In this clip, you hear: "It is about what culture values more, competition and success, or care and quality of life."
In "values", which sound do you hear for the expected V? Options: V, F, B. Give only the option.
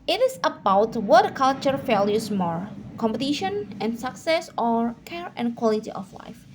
F